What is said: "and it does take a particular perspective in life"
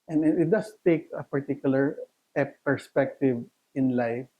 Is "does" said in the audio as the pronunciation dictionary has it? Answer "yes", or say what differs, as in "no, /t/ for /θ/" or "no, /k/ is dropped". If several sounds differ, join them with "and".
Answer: no, /s/ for /z/